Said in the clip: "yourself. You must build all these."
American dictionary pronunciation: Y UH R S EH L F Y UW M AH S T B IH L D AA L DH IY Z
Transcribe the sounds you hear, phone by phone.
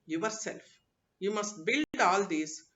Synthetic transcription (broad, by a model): Y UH R S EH L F Y UW M AH S T B IH L D AA L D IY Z